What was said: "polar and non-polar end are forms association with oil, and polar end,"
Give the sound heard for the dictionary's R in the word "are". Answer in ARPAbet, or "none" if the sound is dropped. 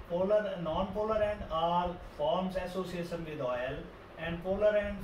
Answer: L